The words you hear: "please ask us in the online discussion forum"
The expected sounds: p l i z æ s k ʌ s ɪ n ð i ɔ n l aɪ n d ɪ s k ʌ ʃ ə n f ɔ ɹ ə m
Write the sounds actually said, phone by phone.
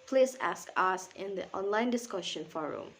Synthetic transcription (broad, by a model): p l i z æ s k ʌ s ɪ n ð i ɔ n l aɪ n d ɪ s k ʌ ʃ ə n f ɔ ɹ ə m